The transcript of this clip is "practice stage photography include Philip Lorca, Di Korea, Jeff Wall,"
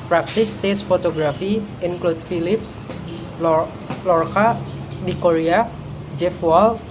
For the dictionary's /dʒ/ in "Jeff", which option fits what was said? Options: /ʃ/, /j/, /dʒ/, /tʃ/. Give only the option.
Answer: /dʒ/